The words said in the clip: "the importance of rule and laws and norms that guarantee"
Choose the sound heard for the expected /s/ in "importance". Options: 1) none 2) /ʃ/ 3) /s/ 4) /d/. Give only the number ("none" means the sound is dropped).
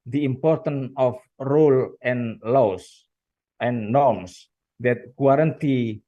1